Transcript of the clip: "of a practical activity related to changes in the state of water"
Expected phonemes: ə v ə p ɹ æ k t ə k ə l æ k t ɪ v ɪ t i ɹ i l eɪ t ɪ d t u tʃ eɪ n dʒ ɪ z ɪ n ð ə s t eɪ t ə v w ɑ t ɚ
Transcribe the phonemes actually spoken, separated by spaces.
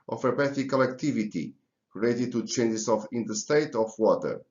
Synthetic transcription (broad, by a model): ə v ə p ɛ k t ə k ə l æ k t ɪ v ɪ t i ɹ i l eɪ t ɪ d t u tʃ eɪ n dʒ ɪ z ɪ n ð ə s t eɪ t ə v w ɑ t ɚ